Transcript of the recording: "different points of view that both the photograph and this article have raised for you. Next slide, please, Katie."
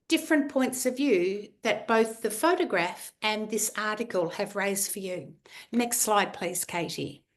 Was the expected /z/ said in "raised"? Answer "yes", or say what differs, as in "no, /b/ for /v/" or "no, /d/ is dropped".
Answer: yes